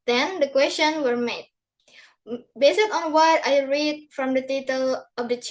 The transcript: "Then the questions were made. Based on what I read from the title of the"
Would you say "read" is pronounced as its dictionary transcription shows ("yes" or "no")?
yes